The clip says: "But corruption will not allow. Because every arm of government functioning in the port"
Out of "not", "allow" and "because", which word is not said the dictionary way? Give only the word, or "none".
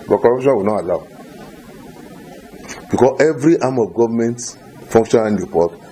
because